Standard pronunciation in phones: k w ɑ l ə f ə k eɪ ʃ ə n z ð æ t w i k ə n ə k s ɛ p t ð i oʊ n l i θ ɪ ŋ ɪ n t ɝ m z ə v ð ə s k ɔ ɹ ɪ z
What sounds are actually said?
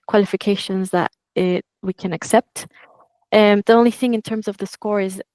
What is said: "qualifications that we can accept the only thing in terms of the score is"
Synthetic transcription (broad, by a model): k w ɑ l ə f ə k eɪ ʃ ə n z ð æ t w i k ə n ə k s ɛ p t ð i oʊ n l i θ ɪ ŋ ɪ n t ɝ m z ə v ð ə s k ɔ ɹ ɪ z